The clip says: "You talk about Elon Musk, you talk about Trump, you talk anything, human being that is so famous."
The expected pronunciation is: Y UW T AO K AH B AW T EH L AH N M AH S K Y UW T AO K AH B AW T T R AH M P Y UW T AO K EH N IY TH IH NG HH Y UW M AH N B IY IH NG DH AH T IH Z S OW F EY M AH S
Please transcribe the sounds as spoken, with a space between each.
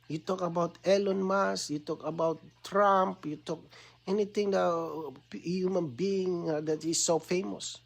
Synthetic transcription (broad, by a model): Y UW T AO K AH B AW T EH L AH N M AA S Y UW T AO K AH B AW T T R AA M P Y UW T AO K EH N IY T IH NG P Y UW M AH N B IY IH NG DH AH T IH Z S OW F EY M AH S